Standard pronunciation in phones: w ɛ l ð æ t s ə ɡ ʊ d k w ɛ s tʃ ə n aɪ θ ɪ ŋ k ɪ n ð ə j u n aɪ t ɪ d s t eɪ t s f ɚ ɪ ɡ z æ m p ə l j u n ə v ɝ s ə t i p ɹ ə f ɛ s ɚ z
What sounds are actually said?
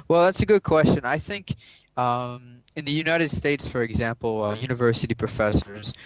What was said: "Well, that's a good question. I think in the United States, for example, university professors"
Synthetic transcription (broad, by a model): w ɛ l ð æ t s ə ɡ ʊ d k w ɛ s tʃ ə n aɪ θ ɪ ŋ k ɪ n ð ə j u n aɪ t ɪ d s t eɪ t s f ɚ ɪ ɡ z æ m p l j u n ə v ɝ s ə t i p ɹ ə f ɛ s ɚ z